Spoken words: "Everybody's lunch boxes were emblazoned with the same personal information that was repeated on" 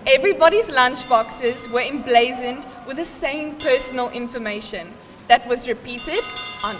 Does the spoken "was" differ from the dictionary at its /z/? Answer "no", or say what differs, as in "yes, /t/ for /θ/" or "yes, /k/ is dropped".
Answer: no